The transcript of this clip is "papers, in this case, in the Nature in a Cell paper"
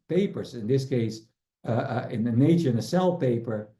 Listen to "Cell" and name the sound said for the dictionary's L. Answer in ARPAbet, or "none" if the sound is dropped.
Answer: L